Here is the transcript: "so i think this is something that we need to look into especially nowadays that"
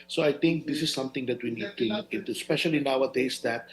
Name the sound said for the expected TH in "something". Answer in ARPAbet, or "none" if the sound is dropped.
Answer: T